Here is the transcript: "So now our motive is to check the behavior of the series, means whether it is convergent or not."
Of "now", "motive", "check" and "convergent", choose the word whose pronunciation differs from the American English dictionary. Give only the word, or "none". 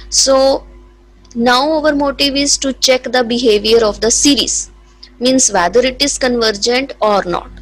none